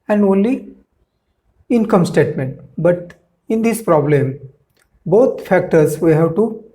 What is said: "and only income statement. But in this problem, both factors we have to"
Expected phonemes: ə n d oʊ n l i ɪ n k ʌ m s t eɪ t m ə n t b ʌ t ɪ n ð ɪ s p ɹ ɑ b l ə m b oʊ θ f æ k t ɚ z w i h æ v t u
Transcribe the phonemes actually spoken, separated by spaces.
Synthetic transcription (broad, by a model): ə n d oʊ n l i ɪ n k ʌ m s t eɪ t m ə n t b ʌ t ɪ n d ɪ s p ɹ ɑ b l ə m b oʊ t f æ k t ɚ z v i h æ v t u